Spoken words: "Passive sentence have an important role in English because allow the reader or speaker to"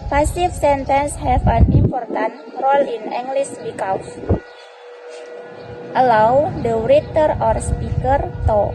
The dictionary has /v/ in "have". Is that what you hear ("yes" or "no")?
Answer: no